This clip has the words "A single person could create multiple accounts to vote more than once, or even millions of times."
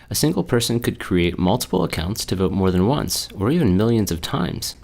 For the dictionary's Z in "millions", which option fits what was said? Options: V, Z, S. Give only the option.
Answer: Z